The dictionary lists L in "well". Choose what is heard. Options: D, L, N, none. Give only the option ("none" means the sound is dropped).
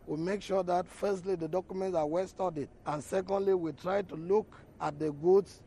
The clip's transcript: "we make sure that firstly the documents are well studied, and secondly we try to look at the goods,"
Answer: L